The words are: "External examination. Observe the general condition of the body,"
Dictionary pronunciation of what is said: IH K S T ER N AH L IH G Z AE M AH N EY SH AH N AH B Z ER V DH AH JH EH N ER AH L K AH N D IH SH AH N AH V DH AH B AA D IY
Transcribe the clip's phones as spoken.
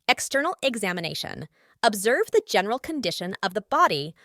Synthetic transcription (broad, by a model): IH K S T ER N L IH G Z AE M AH N EY SH AH N AH B Z ER V DH AH JH EH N ER L K AH N D IH SH AH N AH V DH AH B AA D IY